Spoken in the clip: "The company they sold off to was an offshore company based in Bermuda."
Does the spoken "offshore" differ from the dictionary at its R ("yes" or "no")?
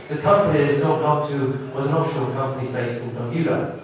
yes